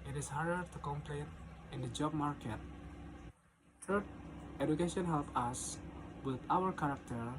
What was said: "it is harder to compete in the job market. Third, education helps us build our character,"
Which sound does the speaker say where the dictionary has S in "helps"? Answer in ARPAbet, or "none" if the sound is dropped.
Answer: none